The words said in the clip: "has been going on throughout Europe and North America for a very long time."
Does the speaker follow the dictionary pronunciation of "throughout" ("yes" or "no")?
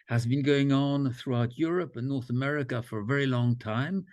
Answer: yes